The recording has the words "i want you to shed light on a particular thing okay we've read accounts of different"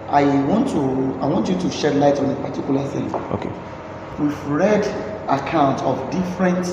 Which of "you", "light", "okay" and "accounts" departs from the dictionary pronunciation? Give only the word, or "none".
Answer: accounts